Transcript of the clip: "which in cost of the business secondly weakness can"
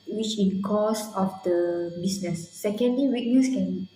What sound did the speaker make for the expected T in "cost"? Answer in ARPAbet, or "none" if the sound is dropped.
none